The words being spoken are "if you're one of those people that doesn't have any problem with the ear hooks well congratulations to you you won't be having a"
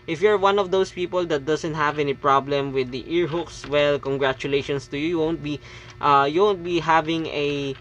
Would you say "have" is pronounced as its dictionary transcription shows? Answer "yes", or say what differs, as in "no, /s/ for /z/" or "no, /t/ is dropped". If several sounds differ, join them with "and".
yes